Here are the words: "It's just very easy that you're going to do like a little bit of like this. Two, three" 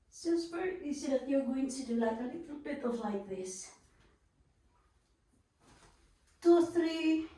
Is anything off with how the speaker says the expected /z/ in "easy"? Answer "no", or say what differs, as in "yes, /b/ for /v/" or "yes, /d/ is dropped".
yes, /s/ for /z/